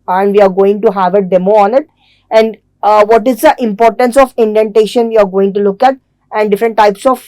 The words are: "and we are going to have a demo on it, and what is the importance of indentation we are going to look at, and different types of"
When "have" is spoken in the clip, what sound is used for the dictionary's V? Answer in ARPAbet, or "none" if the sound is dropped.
V